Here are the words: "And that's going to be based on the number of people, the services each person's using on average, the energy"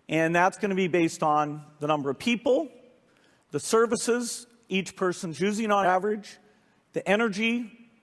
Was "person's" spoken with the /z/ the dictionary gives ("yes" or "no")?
yes